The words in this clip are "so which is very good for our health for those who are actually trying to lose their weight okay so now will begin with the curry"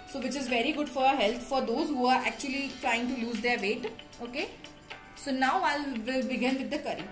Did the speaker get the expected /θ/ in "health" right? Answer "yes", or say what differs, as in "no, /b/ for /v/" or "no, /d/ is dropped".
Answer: no, /t/ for /θ/